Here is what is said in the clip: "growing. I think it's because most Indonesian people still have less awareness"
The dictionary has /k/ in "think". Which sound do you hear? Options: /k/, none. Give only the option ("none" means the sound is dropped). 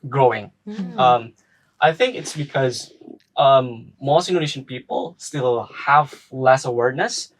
/k/